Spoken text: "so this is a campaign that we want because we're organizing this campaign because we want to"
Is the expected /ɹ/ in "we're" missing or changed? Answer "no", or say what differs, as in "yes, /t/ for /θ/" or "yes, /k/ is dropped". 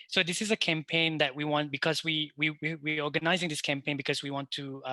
yes, /w/ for /ɹ/